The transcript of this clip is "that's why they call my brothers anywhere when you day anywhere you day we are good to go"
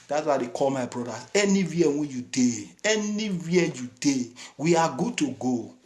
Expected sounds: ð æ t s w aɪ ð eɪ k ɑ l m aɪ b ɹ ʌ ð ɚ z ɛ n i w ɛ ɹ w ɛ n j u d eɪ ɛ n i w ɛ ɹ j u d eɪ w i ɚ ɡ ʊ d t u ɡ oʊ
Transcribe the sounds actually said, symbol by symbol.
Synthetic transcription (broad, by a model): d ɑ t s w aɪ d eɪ k ɑ l m aɪ b ɹ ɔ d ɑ ɛ n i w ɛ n w ɛ n j u d eɪ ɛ n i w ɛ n j u d eɪ w i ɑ ɡ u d t u ɡ oʊ